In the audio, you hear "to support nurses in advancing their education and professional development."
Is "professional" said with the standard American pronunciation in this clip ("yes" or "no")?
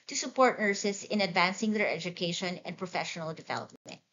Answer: yes